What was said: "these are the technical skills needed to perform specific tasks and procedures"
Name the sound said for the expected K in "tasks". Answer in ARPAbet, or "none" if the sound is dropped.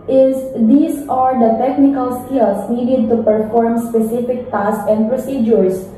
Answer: none